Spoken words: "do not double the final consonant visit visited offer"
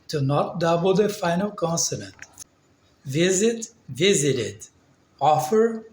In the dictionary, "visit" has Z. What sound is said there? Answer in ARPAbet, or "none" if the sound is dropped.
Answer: Z